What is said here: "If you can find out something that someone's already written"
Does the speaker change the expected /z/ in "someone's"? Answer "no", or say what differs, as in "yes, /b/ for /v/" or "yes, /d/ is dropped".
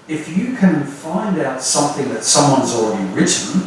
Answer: no